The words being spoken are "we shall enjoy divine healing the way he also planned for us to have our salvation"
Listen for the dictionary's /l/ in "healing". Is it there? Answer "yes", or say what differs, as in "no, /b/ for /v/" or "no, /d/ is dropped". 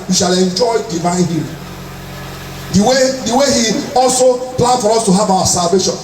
no, /w/ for /l/